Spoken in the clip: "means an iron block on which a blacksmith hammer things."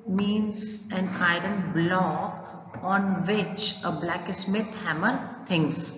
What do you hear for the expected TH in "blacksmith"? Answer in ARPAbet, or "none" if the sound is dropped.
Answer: T